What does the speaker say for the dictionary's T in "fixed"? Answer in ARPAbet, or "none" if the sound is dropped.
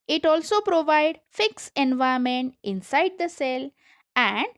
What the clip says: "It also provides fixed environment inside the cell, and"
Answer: none